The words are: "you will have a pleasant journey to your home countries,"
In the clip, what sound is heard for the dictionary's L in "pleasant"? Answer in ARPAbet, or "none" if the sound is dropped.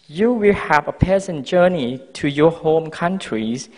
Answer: none